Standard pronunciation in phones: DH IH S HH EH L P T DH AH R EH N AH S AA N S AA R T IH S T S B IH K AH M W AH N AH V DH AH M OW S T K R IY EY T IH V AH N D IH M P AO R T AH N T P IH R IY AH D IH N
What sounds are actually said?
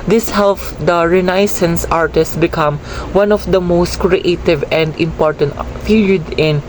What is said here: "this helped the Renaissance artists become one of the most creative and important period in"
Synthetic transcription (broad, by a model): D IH S HH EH L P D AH R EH N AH S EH N S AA R T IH S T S B IH K AH M W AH N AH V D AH M OW S T K R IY EY T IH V AH N D IH M P AO R T AH N T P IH L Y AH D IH N